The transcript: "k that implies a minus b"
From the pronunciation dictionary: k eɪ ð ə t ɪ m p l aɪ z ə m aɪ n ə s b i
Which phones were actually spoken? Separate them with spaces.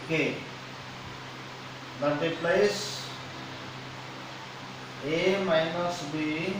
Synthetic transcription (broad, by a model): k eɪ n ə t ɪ p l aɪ s ə m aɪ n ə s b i